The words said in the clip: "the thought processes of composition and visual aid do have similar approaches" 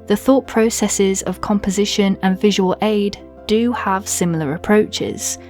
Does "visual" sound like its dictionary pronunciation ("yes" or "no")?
yes